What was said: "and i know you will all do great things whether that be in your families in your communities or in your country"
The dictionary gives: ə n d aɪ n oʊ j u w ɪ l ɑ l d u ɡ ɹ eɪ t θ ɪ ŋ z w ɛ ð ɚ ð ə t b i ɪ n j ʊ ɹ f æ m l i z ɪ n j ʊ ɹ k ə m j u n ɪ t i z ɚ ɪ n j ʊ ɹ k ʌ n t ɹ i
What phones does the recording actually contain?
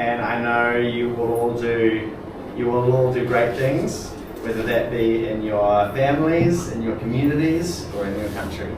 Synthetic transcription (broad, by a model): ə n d aɪ n oʊ j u w ɪ l ɑ l d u ɡ ɹ eɪ t θ ɪ ŋ z w ɛ ð ɚ ð ə t b i ɪ n j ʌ ɹ f æ m l i z ɪ n j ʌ ɹ k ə m j u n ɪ t i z ɚ ɪ n j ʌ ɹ k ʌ n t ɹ i